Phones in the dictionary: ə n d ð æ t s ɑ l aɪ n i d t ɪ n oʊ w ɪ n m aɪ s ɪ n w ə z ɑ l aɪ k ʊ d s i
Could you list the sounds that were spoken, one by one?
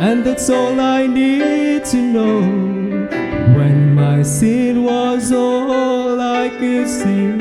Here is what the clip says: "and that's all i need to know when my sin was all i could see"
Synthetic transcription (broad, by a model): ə n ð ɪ t s ɑ l aɪ n i d t ɪ n oʊ w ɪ n m aɪ s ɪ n w ə z ɑ l aɪ k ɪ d s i